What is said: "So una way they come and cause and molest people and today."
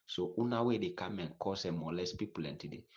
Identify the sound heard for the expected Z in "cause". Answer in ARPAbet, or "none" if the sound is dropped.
S